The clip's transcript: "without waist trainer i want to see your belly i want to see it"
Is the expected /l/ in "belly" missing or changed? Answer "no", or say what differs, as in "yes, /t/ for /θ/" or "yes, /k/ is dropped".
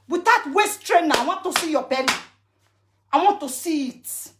yes, /n/ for /l/